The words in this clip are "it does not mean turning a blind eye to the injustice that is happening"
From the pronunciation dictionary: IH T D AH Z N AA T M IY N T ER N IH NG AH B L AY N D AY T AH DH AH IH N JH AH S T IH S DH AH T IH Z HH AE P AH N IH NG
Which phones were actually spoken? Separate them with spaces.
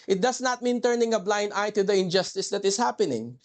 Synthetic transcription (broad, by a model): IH T D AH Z N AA T M IY N T ER N IH NG AH B L AY N D AY T AH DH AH IH N JH AH S T IH S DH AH T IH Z HH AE P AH N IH NG